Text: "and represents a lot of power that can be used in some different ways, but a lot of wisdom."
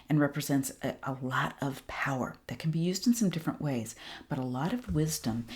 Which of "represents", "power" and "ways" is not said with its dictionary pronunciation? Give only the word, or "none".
none